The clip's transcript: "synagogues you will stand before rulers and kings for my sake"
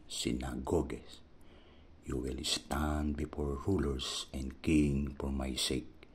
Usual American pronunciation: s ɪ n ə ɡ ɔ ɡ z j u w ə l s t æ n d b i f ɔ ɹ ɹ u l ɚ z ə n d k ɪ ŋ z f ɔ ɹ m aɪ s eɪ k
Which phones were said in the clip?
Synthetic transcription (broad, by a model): s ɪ n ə ɡ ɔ ɡ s j u w ə l s t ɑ n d b i f ɔ ɹ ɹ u l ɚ s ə n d k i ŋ f ɔ ɹ m aɪ s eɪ k